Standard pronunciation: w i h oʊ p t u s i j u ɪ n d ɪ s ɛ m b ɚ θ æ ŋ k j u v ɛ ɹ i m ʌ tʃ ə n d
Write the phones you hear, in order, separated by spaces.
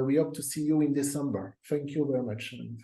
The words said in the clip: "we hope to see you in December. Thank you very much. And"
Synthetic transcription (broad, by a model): w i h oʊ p t u s i j u ɪ n d ɪ s ɛ m b ɚ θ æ ŋ k j u v ɛ ɹ i m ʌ tʃ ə n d